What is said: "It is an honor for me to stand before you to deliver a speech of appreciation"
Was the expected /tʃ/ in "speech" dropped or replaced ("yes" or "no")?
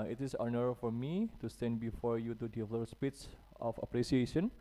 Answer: yes